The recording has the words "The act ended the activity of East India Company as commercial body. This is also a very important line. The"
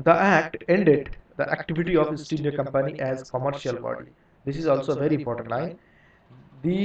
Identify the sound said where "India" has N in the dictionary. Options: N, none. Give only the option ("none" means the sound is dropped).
none